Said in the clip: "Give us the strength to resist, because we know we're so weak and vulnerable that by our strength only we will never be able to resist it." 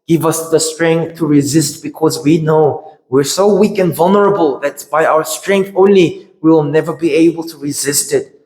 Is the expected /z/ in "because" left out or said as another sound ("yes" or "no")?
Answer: no